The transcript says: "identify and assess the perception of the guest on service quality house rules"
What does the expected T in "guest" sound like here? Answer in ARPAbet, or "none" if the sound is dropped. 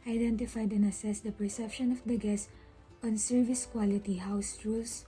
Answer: none